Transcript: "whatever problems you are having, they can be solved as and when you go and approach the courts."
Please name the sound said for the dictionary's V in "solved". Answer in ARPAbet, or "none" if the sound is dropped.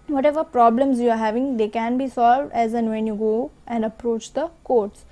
V